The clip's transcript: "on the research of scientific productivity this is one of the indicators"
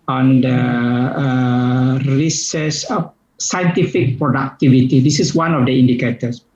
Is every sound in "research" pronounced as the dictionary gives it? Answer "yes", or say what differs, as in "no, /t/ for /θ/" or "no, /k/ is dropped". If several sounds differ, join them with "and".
no, /s/ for /tʃ/